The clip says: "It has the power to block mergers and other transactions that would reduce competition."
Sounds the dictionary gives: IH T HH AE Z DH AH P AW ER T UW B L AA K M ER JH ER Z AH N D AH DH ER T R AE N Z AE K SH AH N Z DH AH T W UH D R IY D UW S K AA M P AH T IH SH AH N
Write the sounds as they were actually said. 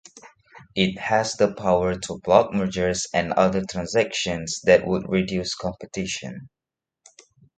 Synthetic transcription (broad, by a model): IH T HH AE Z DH AH P AW ER T UW B L AA K M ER JH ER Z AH N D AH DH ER T R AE N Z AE K SH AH N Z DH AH T W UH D R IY D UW S K AA M P AH T IH SH AH N